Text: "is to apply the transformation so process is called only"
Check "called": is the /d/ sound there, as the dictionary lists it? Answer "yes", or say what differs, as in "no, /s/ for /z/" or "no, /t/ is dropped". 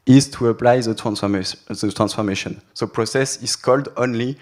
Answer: yes